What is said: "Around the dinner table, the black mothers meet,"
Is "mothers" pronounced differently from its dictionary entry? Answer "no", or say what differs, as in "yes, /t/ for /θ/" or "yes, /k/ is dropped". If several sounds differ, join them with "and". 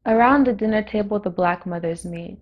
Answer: no